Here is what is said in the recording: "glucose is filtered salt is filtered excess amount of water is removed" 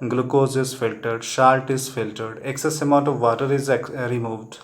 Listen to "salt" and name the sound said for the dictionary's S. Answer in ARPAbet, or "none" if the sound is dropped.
SH